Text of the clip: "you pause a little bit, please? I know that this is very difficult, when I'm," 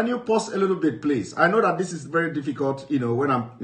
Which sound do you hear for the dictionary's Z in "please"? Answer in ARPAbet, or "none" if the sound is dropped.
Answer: S